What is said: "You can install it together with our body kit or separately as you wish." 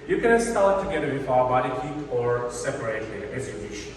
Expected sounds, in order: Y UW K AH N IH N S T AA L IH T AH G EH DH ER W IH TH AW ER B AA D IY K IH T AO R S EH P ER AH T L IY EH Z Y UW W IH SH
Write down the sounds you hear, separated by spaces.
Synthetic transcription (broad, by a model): Y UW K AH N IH S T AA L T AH G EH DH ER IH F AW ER B AA D IY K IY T AO R S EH P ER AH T IY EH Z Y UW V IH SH